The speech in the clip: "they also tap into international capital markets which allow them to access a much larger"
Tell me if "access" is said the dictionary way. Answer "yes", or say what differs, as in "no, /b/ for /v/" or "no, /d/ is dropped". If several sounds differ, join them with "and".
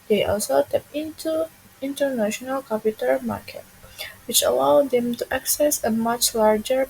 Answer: yes